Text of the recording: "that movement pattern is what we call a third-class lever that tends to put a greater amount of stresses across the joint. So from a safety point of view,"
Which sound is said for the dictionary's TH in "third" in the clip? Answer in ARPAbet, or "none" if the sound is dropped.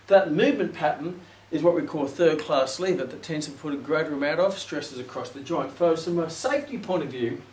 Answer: TH